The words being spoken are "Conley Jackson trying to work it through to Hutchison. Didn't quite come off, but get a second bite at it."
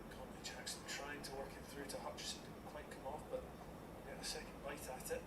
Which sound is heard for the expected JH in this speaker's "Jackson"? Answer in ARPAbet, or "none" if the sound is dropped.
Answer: CH